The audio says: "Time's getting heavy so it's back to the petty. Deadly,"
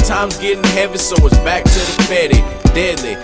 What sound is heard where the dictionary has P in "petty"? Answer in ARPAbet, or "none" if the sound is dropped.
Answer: F